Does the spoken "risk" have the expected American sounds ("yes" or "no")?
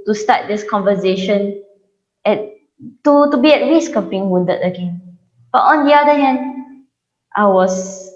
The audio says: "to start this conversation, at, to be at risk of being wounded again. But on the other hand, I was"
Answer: no